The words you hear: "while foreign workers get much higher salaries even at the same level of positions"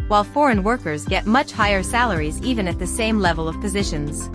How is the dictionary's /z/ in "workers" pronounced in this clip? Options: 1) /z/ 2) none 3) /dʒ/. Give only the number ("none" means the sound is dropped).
1